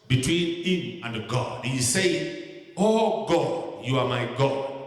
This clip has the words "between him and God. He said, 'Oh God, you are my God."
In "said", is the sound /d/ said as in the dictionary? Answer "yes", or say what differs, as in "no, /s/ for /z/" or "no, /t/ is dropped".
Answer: no, /d/ is dropped